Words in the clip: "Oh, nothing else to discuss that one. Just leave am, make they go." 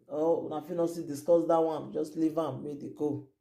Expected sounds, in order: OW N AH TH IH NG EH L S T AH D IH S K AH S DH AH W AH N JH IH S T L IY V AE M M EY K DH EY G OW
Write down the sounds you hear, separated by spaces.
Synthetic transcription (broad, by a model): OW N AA F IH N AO S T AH D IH S K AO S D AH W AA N JH IH S T L IY V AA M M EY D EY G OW